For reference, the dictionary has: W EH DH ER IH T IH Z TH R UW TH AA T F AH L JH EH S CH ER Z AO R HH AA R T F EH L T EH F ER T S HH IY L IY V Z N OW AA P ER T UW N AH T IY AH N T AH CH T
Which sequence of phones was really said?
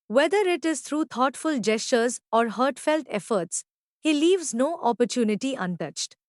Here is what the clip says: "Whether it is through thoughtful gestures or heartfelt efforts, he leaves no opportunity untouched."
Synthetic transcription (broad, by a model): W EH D ER IH T IH Z T R UW T AA T F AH L JH EH S CH ER Z AO R HH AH R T F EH L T EH F ER T S HH IY L IY V Z N OW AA P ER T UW N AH T IY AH N T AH CH T